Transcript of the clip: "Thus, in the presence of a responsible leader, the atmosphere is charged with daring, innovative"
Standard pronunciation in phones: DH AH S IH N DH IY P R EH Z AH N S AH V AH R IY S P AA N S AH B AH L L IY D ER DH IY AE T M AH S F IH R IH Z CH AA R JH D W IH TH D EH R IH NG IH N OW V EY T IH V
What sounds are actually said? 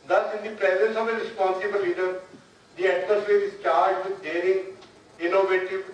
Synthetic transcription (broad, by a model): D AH S IH N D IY P R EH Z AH N S AH V AH R IY S P AA N S AH B AH L L IY D ER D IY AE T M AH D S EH R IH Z CH AA R JH D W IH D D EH R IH NG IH N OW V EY T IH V